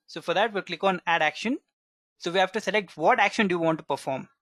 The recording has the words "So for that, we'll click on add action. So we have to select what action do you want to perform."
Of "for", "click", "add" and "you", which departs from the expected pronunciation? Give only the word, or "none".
none